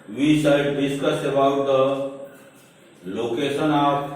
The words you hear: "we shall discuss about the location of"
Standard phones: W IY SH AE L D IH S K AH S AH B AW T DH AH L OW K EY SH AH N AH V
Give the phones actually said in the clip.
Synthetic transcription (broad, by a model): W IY S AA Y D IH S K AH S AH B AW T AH L OW K EY S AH N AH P